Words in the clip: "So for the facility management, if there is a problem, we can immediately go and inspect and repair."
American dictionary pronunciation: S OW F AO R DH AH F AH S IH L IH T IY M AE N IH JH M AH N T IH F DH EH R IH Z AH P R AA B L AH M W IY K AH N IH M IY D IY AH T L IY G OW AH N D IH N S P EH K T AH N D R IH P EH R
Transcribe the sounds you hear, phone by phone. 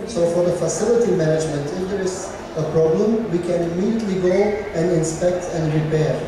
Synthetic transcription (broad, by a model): S OW F AO R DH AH F AH S IH L IH T IY M AE N IH JH M AH N T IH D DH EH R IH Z AH P R AA B L AH M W IY K AH N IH M IY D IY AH T L IY G OW AH N D IH N S P EH K T AH N D R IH P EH R